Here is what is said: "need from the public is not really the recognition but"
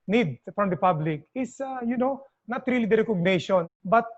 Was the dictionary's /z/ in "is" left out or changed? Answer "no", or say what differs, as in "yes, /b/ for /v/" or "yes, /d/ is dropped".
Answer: yes, /s/ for /z/